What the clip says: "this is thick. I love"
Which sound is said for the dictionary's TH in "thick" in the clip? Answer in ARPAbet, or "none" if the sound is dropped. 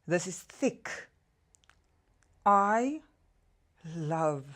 TH